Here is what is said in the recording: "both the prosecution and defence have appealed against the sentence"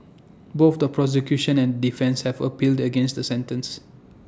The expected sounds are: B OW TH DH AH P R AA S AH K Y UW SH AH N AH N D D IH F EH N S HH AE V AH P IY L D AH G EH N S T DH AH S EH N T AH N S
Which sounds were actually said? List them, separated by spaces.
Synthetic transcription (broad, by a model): B OW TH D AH P R AA S AH K Y UW SH AH N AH N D D IH F EH N S HH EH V AH P IY L D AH G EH N S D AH S EH N T AH N S